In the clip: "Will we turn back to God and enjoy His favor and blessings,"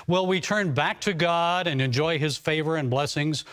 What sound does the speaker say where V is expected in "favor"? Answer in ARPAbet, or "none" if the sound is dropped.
V